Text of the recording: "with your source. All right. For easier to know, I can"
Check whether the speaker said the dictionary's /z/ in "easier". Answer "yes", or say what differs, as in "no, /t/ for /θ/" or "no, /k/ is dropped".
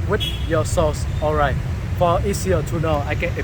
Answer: no, /s/ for /z/